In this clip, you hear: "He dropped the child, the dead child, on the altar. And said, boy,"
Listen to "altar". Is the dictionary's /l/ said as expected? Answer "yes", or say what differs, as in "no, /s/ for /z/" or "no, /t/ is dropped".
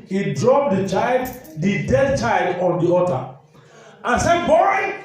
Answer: no, /l/ is dropped